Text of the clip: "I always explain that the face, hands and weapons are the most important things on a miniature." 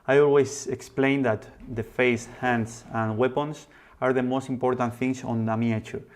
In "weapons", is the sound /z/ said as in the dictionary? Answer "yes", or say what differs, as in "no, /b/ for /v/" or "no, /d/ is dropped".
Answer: no, /s/ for /z/